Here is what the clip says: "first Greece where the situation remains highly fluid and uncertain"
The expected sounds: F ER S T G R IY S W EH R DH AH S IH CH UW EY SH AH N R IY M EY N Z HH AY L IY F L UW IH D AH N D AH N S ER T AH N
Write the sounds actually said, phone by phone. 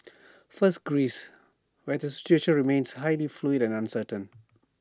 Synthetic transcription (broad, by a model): F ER S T G R IY S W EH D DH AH S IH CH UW EY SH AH N R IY M EY N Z HH AY L IY F L UW IH D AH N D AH N S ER T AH N